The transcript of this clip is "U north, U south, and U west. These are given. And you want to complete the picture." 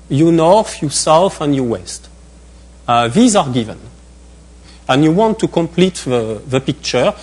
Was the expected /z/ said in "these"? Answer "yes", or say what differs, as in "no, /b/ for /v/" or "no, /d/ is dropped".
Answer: yes